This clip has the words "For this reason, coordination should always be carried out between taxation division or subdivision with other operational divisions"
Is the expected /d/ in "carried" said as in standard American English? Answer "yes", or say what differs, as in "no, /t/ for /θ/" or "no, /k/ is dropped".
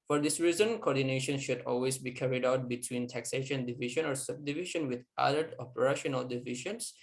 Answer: yes